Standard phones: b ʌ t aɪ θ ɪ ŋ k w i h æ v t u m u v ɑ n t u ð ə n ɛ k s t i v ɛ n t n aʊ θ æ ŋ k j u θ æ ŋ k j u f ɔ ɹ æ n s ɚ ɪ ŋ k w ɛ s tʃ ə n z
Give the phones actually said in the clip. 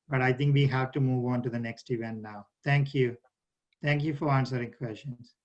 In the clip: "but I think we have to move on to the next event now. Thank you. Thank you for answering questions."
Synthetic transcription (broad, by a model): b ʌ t aɪ t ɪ ŋ k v i h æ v t u m u v ɑ n t u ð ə n ɛ k s t i v ɛ n t n aʊ t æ ŋ k j u t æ ŋ k j u f ɔ ɹ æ n s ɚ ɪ ŋ k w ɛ s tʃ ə n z